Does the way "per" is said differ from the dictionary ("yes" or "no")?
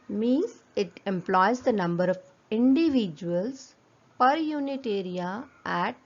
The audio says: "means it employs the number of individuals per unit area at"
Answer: no